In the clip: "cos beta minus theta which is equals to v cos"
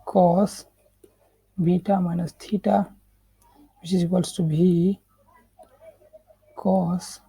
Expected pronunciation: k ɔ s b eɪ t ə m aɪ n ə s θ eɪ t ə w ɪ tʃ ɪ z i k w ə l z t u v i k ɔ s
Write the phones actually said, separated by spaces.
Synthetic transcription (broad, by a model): k ɔ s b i t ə m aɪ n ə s t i t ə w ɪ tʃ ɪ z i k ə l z t u b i k ɔ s